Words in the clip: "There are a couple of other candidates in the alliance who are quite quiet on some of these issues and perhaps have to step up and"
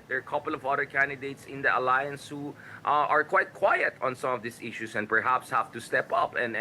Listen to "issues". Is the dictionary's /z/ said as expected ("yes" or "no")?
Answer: no